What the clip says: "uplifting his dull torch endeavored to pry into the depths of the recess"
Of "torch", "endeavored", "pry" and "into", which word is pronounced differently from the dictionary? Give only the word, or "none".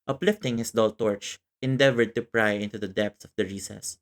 none